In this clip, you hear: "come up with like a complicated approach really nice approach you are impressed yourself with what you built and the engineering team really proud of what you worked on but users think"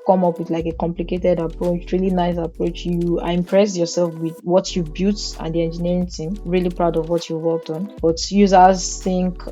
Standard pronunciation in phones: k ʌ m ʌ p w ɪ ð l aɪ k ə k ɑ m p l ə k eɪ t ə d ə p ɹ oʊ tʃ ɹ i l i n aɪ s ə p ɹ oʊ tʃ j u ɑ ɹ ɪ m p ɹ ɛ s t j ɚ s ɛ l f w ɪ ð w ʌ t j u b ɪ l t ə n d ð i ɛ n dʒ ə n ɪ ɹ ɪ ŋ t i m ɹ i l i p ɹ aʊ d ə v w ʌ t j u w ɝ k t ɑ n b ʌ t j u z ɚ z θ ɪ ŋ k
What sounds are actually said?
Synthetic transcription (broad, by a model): k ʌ m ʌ p w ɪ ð l aɪ k ə k ɑ m p l ə k eɪ t ə d ə p ɹ oʊ tʃ ɹ i l i n aɪ s ə p ɹ oʊ tʃ j u ɑ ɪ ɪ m p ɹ ɛ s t j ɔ s ɛ l f w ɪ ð w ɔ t j u b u t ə n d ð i ɛ n dʒ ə n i ɹ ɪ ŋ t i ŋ ɹ i l i p ɹ aʊ d ə v w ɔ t j u w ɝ k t ɑ n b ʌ t j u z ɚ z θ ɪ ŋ k